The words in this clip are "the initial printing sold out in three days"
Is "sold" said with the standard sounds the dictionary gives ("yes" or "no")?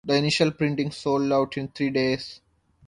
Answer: yes